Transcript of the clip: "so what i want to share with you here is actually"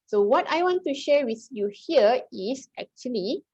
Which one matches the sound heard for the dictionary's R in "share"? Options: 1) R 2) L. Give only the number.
1